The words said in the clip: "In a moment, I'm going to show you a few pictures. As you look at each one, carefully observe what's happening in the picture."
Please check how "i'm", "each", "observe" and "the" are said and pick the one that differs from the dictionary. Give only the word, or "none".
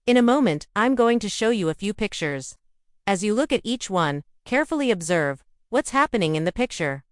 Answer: none